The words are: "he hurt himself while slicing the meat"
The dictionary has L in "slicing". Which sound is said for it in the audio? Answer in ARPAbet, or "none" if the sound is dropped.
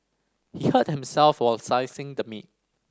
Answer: none